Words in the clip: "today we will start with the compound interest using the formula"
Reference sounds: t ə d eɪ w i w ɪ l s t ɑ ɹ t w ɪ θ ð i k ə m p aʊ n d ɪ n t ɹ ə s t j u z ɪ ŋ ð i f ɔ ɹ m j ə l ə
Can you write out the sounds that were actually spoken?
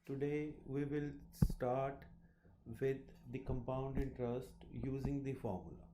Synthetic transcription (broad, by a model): t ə d eɪ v i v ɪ l s t ɑ ɹ t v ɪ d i k ə m p aʊ n d ɪ n t ɹ ə s t j u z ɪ ŋ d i f ɔ ɹ m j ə l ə